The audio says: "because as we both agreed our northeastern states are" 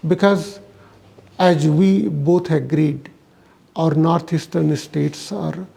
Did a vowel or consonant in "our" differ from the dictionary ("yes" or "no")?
no